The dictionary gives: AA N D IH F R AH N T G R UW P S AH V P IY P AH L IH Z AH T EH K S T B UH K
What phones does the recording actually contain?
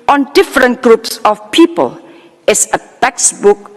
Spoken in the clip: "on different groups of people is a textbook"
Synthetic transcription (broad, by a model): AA N D IH F R AH N T G R UW P S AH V P IY P AH L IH S AH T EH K S B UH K